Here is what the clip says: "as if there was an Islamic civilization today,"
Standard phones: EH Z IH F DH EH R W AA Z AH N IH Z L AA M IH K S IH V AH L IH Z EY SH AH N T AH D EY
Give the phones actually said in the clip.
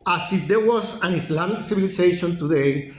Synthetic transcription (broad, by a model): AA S IH F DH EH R W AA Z AH N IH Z L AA M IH K S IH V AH L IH S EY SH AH N T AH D EY